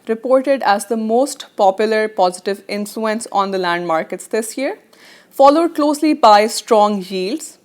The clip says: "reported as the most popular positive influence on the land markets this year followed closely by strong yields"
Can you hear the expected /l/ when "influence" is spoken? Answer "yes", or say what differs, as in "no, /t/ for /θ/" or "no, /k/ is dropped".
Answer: yes